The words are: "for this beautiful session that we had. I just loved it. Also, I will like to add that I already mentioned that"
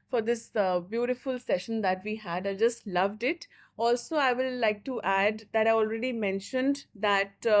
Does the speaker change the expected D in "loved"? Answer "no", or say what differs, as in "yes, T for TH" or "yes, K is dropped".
no